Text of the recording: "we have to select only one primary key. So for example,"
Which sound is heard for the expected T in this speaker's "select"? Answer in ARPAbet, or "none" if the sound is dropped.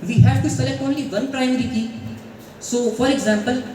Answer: none